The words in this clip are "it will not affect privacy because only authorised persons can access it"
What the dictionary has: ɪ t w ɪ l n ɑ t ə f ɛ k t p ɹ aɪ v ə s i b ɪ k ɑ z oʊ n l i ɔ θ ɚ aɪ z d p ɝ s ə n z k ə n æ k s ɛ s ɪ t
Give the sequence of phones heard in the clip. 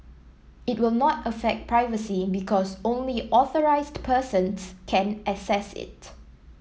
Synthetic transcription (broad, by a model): ɪ t w ɪ l n ɑ t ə f ɛ k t p ɹ aɪ v ə s i b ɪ k ɑ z oʊ n l i ɔ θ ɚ aɪ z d p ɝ s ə n s k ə n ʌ s ɛ s ɪ t